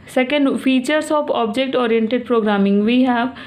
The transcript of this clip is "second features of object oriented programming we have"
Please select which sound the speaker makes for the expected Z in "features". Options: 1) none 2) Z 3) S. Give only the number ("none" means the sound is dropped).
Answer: 3